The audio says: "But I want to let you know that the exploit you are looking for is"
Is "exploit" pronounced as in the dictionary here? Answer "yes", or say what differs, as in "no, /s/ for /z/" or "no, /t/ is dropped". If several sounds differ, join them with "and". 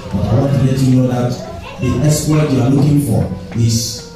no, /l/ is dropped